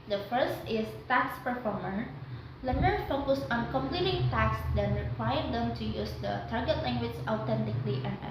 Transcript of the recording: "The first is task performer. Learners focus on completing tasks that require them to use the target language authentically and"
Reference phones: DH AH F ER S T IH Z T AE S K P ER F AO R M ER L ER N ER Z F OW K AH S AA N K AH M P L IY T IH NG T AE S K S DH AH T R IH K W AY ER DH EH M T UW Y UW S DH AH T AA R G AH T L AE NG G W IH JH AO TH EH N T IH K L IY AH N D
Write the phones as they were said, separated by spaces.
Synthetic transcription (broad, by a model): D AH F ER S T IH S T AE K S P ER F AO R M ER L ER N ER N F OW K AH S AA N K AH M P L IY T IH NG T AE K S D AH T R IH K W AY ER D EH M T UW Y UW S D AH T AA R G AH T L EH NG G W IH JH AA T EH N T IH K L IY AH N